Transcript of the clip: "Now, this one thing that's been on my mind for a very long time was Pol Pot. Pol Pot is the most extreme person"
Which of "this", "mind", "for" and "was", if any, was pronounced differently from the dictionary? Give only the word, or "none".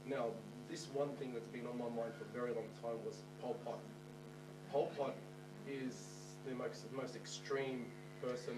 none